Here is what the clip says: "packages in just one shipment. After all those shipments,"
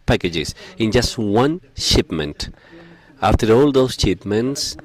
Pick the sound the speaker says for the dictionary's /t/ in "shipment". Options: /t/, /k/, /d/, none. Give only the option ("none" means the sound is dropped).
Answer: /t/